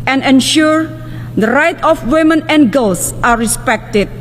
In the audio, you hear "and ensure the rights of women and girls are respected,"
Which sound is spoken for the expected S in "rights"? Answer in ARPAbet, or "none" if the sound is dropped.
none